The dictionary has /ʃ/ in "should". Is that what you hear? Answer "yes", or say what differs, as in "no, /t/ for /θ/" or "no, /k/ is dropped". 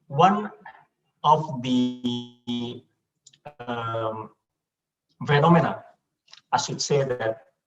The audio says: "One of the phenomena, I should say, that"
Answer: no, /s/ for /ʃ/